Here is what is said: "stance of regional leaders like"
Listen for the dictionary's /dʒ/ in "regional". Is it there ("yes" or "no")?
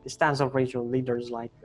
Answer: no